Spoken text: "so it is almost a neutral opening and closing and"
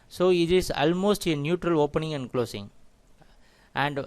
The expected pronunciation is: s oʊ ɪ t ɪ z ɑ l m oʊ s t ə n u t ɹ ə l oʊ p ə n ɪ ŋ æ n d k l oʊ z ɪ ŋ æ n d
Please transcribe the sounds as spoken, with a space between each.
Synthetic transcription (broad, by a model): s oʊ ɪ t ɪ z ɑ l m oʊ s t ə n u t ɹ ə l oʊ p ə n ɪ ŋ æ n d k l oʊ s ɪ ŋ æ n d